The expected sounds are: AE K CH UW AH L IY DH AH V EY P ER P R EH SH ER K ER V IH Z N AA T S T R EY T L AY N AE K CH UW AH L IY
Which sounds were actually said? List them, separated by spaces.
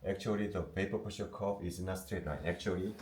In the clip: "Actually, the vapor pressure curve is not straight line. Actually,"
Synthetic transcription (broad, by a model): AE K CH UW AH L IY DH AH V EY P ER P EH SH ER K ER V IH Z N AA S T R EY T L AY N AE K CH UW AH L IY